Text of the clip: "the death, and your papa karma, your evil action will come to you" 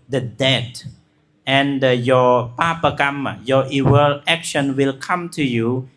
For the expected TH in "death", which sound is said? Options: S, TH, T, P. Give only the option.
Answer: T